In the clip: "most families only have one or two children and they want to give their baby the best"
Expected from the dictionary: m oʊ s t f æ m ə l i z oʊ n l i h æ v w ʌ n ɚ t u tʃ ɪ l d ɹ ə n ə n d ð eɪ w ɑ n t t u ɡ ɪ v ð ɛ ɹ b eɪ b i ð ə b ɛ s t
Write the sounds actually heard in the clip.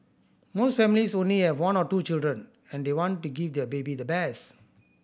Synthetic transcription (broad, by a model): m oʊ s t f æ m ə l i s oʊ n l i h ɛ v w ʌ n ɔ t u tʃ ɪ l d ɹ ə n ə n d eɪ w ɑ n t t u ɡ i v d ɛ b eɪ b i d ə b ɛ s